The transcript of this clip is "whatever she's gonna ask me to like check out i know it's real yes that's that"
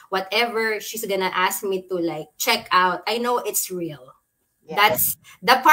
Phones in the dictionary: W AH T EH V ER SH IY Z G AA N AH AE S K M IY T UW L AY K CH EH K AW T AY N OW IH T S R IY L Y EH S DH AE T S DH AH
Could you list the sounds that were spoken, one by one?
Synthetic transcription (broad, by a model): W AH T EH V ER SH IY S G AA N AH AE S K M IY T UW L AY K CH EH K AW T AY N OW IH T S R IY L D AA S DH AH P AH